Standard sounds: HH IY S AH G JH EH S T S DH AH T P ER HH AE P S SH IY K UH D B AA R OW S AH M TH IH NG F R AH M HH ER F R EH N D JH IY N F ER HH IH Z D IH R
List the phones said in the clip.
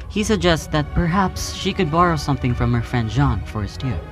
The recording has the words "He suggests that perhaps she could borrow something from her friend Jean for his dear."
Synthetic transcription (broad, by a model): HH IY S AH G JH EH S T S DH AH T P ER HH AE P S SH IY K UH D B AA R OW S AH M TH IH NG F R AH M HH ER F R EH N D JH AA N F ER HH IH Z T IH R